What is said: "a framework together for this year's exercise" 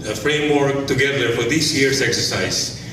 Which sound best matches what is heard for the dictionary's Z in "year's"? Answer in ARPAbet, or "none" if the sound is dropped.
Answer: S